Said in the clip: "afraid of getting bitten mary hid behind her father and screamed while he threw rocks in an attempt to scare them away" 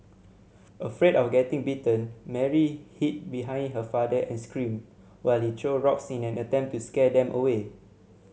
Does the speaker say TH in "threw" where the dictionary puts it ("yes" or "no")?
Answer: no